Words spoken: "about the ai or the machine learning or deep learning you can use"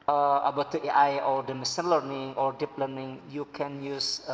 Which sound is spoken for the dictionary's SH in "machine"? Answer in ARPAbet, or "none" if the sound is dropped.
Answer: S